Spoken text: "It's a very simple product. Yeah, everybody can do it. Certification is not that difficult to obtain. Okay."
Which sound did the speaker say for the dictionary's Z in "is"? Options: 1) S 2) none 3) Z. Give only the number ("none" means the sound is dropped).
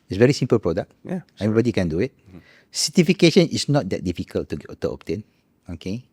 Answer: 1